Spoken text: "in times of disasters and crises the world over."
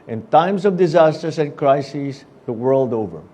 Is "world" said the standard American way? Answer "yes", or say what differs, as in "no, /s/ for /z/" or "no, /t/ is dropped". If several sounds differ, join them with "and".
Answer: yes